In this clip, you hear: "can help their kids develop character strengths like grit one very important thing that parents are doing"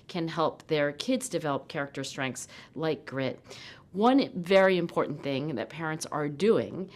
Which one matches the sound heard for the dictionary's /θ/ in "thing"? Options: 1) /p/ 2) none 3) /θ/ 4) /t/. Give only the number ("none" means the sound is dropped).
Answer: 3